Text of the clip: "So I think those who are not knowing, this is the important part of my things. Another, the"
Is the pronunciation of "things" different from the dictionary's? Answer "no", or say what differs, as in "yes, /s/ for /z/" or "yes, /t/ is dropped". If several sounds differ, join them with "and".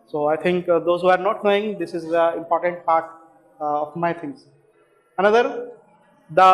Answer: yes, /t/ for /θ/